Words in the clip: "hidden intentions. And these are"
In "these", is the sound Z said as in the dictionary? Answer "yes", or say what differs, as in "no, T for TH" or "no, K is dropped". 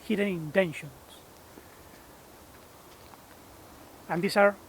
no, S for Z